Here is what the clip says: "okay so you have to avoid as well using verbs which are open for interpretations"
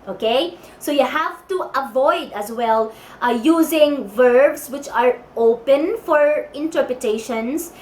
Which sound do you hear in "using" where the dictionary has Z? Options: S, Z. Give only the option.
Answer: Z